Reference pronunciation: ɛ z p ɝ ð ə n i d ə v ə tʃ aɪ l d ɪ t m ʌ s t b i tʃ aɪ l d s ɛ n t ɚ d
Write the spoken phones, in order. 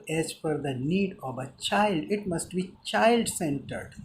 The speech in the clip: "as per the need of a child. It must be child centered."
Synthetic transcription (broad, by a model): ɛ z f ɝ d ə n i d ə v ə tʃ aɪ l d ɪ t m ʌ s t b i tʃ aɪ l d s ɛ n t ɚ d